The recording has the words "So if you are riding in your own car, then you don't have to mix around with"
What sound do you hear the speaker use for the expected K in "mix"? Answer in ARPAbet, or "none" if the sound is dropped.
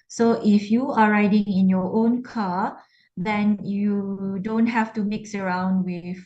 K